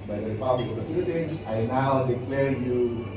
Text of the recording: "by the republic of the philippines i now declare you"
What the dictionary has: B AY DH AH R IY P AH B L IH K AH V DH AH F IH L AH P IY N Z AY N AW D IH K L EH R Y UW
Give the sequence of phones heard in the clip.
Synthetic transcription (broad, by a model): B AY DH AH R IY P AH B L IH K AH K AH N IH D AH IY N S AY N AW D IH K L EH R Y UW